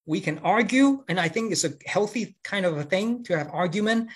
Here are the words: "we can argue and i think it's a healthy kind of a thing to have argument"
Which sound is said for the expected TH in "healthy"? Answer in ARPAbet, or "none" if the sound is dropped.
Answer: TH